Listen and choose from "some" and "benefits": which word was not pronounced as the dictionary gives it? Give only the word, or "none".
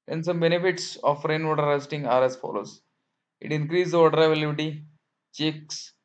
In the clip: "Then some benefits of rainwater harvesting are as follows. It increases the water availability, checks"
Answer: none